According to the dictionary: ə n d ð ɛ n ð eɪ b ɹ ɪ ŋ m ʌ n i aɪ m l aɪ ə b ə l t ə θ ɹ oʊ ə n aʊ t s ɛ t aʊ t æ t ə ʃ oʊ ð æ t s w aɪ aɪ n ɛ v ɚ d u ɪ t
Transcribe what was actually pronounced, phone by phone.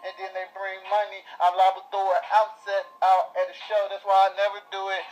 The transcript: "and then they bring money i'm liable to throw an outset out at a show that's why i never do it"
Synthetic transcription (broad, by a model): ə n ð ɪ n ð eɪ b ɹ ɪ ŋ m ʌ n i aɪ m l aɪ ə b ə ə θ oʊ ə aʊ t s ɛ t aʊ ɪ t ə ʃ oʊ ð æ t s w aɪ aɪ n ɛ v ɚ d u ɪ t